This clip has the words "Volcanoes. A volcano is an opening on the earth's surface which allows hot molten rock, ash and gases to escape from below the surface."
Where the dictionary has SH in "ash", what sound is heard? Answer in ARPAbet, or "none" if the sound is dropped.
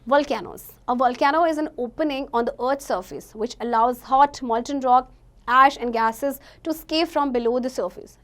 SH